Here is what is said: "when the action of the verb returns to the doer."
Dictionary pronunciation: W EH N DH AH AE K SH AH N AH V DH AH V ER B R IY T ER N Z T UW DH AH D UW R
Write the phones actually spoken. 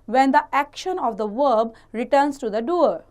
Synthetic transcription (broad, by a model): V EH N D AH AE K SH AH N AH V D AH V ER B R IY T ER N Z T UW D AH D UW R